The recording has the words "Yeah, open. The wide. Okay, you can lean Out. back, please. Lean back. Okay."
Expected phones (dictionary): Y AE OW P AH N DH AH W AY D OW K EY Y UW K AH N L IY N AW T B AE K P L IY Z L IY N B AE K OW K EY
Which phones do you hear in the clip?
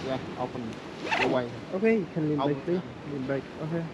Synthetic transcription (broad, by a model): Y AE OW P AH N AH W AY OW K EY Y UW K AH N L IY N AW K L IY L IY N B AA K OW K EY